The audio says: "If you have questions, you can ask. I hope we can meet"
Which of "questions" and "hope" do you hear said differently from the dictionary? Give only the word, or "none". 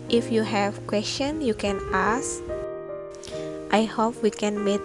questions